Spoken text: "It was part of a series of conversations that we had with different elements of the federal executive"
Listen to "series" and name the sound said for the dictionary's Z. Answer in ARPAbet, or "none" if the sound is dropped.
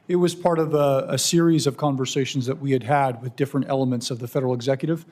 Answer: Z